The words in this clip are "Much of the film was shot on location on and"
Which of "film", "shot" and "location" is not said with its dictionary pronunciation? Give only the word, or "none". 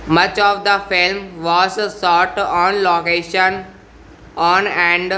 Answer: shot